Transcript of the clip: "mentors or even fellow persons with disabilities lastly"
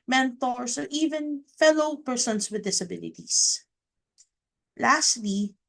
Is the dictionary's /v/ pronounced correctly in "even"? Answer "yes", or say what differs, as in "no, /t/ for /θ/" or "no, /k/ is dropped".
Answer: yes